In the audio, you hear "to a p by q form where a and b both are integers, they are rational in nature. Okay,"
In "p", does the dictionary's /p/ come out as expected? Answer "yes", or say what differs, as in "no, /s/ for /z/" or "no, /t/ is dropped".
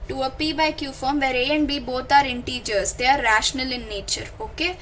yes